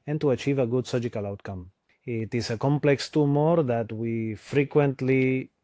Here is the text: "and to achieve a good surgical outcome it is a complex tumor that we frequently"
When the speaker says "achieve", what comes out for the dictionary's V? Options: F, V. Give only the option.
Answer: V